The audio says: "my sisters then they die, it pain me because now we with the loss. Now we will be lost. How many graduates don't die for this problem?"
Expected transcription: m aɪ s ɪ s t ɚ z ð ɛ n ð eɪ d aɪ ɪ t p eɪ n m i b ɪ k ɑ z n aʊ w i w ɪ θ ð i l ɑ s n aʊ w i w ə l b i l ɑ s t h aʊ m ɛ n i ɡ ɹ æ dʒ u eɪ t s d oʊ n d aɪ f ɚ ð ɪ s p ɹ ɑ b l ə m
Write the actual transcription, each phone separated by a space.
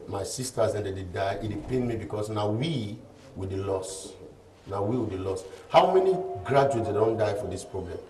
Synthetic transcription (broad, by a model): m aɪ s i s t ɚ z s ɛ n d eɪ d aɪ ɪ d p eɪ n m i b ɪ k ɑ s n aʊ w i w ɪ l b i l ɑ s n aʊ w i w ə l b i l ɑ s t h aʊ m ɛ n i ɡ ɹ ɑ dʒ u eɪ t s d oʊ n d aɪ f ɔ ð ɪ s p ɹ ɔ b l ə m